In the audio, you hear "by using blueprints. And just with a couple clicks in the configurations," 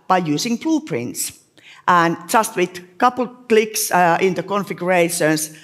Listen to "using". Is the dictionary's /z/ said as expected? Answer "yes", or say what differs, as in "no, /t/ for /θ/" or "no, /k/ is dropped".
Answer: no, /s/ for /z/